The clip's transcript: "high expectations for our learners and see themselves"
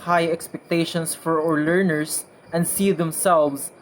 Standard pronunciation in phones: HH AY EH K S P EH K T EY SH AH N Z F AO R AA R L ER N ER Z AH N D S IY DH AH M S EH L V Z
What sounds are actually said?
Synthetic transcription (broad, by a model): HH AY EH K S P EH K T EY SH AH N S F AO R AA R L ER N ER S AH N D S IY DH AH M S EH L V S